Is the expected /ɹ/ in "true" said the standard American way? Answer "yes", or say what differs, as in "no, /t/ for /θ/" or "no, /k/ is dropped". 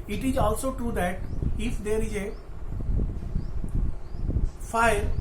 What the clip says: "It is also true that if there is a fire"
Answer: yes